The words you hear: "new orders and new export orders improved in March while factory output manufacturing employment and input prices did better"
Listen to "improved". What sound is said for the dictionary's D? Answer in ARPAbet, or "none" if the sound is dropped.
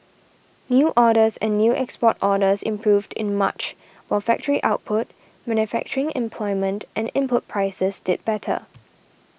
D